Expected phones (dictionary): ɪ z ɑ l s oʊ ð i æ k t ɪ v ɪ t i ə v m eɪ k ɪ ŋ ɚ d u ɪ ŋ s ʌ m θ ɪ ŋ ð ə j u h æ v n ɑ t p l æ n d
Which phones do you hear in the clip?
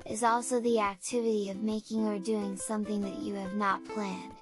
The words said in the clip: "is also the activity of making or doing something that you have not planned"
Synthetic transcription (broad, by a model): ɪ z ɑ l s oʊ ð i æ k t ɪ v ɪ t i ə v m eɪ k ɪ ŋ ɚ d u ɪ ŋ s ʌ m θ ɪ ŋ ð ə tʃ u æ v n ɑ t p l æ n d